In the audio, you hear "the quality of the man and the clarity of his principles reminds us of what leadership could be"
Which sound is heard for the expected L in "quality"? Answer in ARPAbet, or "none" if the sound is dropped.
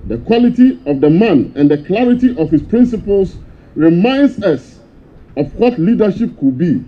L